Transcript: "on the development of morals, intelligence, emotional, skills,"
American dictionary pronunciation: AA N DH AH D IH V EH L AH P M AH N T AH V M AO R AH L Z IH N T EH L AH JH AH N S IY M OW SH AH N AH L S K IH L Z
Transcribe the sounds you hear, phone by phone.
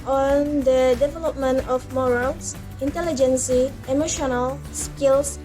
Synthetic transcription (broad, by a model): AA N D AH D IH V EH L AH P M AH N T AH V M AO R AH L S IH N T EH L AH JH AH N S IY M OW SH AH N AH L S K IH L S